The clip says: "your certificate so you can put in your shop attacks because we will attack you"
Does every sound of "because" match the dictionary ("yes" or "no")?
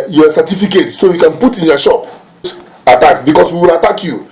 no